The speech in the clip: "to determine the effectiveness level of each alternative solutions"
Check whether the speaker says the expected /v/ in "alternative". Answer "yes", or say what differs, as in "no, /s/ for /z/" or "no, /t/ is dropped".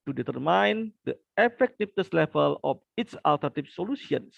no, /p/ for /v/